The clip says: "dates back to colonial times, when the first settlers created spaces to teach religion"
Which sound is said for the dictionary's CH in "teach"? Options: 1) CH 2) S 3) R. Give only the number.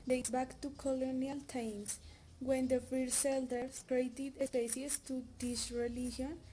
2